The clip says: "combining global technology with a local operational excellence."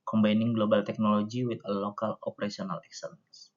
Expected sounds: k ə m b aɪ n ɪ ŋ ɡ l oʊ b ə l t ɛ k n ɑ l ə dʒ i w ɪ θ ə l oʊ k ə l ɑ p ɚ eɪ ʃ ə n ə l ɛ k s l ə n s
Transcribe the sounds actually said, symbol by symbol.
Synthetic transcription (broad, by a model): k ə m b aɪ n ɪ ŋ ɡ l oʊ b ə l t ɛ k n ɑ l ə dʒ i w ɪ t ə l oʊ k ə l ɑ p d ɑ s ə n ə l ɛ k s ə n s